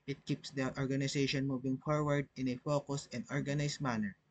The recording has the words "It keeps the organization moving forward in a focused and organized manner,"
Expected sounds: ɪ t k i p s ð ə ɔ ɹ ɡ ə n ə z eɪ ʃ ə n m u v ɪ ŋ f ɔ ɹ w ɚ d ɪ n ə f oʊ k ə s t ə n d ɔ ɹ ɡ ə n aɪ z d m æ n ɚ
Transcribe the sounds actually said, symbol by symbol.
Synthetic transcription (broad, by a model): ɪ t k i p s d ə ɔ ɹ ɡ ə n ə s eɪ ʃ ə n m u v ɪ ŋ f ɔ ɹ w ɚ d ɪ n ə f oʊ k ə s ə n d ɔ ɹ ɡ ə n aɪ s m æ n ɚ